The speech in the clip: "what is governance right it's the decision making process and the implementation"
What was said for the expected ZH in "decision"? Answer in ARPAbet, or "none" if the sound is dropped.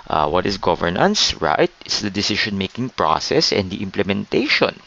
SH